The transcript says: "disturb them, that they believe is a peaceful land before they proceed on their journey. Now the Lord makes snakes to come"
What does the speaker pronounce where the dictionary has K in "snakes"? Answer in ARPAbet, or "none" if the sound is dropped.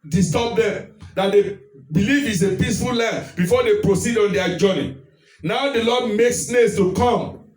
none